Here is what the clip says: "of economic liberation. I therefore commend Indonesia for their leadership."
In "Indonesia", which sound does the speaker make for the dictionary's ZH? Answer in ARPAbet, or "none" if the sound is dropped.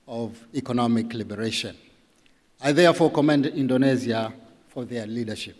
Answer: Z